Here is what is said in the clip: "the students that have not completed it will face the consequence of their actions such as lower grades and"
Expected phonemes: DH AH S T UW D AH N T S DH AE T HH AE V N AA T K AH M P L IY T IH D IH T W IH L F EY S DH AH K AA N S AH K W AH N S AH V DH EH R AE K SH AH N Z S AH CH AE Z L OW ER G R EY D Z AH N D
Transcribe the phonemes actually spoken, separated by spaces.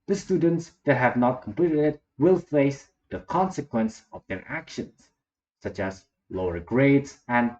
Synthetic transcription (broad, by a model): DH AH S T UW D AH N T S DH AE T HH AE V N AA T K AH M P L IY T IH D IH T W IH L F EY S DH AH K AA N S AH K W AH N S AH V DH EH R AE K SH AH N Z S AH CH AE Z L OW ER G R EY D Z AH N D